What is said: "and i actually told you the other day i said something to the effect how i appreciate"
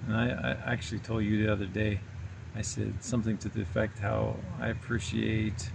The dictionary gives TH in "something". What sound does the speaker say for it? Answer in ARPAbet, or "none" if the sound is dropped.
TH